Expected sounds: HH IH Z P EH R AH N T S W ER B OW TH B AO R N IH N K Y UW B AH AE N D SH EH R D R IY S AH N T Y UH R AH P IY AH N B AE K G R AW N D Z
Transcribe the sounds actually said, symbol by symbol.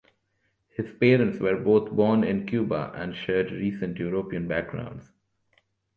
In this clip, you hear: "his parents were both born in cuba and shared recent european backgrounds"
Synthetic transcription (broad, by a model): HH IH Z P EH R AH N T S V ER B OW T B AO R N IH N K Y UW B AH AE N D SH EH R D R IY S AH N T Y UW R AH P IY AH N B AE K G R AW N D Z